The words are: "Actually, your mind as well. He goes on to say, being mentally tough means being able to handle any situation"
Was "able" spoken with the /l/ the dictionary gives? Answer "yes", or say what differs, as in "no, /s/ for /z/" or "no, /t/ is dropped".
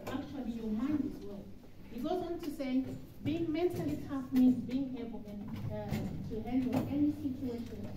no, /n/ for /l/